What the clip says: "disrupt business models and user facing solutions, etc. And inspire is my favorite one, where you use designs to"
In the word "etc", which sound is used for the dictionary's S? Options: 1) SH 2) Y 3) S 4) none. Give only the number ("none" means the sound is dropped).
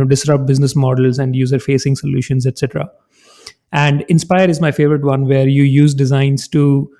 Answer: 3